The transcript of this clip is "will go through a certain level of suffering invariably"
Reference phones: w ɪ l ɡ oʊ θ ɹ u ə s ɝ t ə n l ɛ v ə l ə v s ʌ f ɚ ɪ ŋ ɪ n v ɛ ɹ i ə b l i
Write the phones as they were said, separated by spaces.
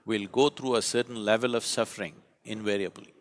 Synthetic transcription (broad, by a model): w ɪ l ɡ oʊ t ɹ u ə s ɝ t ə n l ɛ v ə l ə v s ʌ f ɚ ɪ ŋ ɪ n v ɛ ɹ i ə b l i